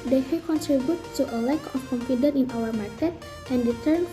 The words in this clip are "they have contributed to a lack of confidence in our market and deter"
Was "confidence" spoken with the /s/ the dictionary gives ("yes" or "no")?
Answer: no